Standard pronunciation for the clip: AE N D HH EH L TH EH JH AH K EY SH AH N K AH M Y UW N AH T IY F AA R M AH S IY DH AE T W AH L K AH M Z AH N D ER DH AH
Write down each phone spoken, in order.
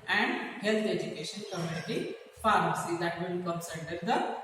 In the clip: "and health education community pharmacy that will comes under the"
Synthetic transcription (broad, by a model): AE N D HH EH L T EH JH AH K EY SH AH N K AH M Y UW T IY F AA R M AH S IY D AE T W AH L K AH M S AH D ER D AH